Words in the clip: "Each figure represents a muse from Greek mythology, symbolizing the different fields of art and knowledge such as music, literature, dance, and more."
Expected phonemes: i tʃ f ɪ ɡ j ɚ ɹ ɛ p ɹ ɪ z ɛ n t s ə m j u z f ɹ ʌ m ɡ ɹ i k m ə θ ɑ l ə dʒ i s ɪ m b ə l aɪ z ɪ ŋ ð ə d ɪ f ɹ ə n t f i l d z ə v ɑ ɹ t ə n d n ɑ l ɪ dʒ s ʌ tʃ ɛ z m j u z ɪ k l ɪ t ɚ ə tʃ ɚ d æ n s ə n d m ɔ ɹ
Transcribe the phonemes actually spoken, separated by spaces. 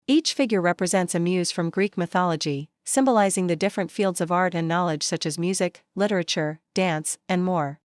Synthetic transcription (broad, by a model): i tʃ f ɪ ɡ j ɚ ɹ ɛ p ɹ ɪ z ɛ n t s ə m j u z f ɹ ʌ m ɡ ɹ i k m ə θ ɑ l ə dʒ i s ɪ m b ə l aɪ z ɪ ŋ ð ə d ɪ f ɹ ə n t f i l d z ə v ɑ ɹ t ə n n ɑ l ɪ dʒ s ʌ tʃ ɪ z m j u z ɪ k l ɪ t ɚ ə tʃ ɚ d æ n s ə n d m ɔ ɹ